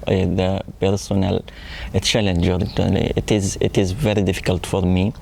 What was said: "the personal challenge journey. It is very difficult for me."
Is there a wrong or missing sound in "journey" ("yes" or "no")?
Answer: yes